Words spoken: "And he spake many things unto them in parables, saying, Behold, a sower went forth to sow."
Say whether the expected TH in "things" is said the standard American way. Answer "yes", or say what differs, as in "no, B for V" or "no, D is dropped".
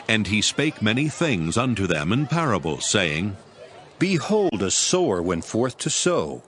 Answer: yes